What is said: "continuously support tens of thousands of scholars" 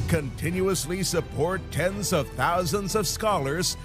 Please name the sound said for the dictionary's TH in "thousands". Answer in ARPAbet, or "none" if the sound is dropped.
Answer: TH